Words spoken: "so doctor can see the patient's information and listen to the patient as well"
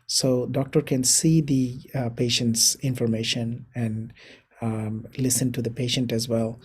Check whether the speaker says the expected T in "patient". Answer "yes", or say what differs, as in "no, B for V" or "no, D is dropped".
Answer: yes